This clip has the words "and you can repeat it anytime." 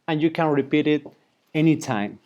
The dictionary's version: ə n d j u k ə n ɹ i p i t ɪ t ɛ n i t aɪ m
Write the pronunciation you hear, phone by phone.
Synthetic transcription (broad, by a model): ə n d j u k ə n ɹ i p i t ɪ t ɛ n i t aɪ m